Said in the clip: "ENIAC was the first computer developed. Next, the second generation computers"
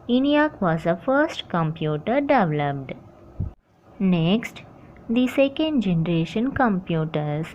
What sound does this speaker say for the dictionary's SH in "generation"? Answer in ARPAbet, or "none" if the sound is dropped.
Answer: SH